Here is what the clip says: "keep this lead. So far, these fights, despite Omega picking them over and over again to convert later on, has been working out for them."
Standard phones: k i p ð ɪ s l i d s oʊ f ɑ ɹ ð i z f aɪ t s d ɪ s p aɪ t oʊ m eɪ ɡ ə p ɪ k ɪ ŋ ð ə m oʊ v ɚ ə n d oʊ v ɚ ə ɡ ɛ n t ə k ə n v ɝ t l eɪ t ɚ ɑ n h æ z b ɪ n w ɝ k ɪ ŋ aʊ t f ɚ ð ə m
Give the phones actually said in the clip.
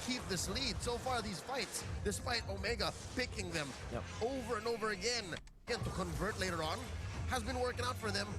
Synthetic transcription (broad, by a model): k i p ð ɪ s l i d s oʊ f ɑ ɹ ð i z f aɪ t s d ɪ s f aɪ t oʊ m eɪ ɡ ə p ɪ k ɪ ŋ ð ə m oʊ v ɚ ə n oʊ v ɚ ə ɡ ɛ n t ə k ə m v ɝ t l eɪ t ɚ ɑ n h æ z b ɪ n w ɝ k ɪ ŋ aʊ t f ɚ ð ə m